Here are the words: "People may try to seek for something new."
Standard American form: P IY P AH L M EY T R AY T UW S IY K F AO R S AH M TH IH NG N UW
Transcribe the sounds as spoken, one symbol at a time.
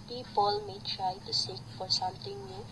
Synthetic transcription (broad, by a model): P IY P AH L M EY T R AY T UW S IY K F AO R S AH M T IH NG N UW